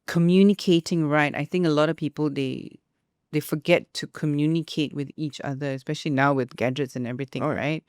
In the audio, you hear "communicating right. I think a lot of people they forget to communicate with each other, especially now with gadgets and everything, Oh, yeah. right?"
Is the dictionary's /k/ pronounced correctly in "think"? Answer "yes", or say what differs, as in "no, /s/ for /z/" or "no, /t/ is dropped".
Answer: yes